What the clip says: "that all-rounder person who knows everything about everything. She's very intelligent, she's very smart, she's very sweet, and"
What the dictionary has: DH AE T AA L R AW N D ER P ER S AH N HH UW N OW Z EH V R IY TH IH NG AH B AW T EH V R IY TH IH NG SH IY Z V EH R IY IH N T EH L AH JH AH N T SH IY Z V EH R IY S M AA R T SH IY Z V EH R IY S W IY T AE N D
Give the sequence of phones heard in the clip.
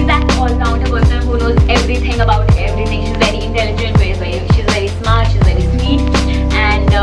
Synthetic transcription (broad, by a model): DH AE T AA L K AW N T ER B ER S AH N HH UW N OW Z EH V R IY T IH NG AH B AW T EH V R IY T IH NG SH IY Z V EH R IY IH N T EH L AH JH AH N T SH IY Z V EH R IY S M AA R T SH IY Z V EH R IY S W IY T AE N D